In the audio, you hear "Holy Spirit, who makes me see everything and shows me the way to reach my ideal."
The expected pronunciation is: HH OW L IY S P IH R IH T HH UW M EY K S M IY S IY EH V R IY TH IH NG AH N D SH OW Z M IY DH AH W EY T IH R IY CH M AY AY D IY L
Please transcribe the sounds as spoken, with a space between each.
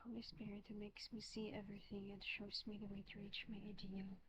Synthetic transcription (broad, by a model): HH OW L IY S P IH R IH T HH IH M EY K S M IY S IY EH V R IY TH IH NG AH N SH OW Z M IY DH AH W EY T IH R IY CH M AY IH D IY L